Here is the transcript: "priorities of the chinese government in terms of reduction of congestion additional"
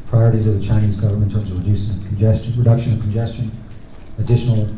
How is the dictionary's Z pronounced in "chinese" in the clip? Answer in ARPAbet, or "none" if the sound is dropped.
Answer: Z